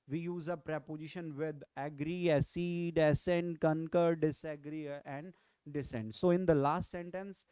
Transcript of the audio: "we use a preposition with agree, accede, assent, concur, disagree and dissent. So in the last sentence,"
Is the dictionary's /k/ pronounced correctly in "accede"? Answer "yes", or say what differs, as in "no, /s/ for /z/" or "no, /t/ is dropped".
no, /k/ is dropped